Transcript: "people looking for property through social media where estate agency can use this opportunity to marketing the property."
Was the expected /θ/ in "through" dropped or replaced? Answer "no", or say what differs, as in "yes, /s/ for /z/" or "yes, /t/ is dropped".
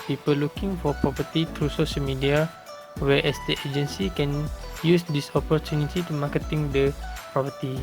yes, /t/ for /θ/